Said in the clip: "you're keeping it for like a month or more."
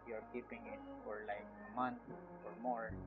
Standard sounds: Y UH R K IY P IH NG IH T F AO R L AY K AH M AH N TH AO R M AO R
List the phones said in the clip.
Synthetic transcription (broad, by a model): Y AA R K IY P IH NG IH T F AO R L AY K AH M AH N F AO R M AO R